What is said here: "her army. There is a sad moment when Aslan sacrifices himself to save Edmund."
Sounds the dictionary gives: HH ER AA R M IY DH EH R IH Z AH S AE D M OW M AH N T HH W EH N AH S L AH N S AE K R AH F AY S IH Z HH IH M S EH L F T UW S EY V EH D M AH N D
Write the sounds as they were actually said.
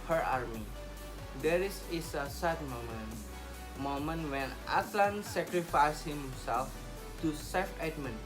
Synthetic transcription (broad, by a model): HH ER AA R M IY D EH R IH S AH S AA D M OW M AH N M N W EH N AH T L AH N S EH K R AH F AY S HH IH M S EH L F T UW S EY F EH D M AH N